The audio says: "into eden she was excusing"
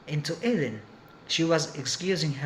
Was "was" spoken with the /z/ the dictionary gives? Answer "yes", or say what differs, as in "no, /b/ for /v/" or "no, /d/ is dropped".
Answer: yes